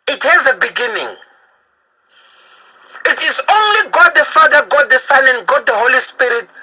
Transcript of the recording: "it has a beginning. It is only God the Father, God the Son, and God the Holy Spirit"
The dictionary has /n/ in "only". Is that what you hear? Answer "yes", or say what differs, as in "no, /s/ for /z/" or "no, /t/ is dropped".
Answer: yes